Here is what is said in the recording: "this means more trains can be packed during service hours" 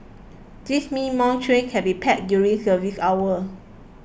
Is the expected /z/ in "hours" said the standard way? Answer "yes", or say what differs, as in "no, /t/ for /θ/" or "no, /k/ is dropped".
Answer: no, /z/ is dropped